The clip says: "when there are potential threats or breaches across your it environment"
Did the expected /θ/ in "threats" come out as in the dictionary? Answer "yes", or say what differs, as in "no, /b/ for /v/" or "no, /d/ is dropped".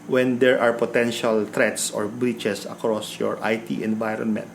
no, /t/ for /θ/